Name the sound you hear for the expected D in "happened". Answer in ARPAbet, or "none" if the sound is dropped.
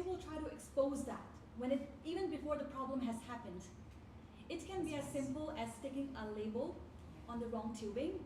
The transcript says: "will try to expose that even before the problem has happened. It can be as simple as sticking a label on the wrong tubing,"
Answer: D